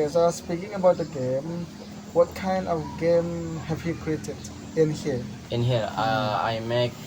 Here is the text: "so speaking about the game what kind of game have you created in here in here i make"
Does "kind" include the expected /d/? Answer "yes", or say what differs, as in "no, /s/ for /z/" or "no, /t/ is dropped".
yes